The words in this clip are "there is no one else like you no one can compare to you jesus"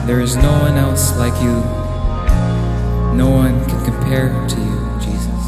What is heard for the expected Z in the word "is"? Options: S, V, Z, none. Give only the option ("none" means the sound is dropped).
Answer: Z